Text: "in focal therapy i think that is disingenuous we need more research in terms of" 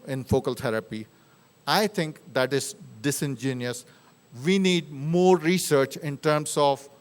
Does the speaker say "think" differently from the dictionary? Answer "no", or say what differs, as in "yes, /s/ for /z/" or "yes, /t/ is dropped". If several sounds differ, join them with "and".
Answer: yes, /t/ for /θ/